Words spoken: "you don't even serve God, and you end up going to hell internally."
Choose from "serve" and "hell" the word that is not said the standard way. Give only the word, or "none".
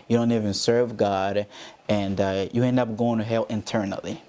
none